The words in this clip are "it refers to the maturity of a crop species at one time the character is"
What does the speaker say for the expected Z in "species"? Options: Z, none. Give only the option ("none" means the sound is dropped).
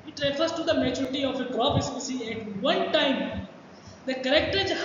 none